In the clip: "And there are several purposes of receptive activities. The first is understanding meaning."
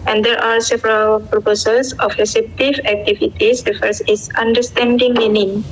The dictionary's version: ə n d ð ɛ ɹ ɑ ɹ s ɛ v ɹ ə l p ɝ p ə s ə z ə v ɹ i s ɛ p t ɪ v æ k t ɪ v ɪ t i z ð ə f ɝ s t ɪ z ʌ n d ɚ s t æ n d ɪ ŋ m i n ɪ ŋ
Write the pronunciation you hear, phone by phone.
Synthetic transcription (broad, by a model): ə n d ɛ ɹ ɑ ɹ s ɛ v ɹ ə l p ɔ p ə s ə s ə f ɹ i s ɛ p t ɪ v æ k t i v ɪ t i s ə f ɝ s ɪ s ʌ n d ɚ s t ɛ n d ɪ ŋ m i n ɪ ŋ